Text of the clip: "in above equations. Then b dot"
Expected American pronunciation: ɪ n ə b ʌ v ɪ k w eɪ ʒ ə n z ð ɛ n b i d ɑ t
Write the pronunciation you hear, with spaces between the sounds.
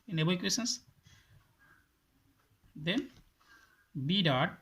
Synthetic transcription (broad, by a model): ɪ n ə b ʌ ɪ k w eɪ s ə n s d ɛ n b i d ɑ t